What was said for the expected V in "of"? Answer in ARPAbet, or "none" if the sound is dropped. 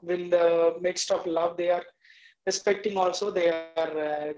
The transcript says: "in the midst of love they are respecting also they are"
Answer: P